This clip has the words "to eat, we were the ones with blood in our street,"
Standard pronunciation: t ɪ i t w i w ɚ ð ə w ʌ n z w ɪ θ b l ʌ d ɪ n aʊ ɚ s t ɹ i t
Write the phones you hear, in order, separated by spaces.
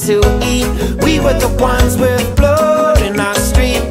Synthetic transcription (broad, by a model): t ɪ i t w i w ɚ ð ə w ʌ n z w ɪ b l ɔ d ɪ n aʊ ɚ s t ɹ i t